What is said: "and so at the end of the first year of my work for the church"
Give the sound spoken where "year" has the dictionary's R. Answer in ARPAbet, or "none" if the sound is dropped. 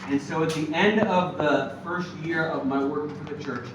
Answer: R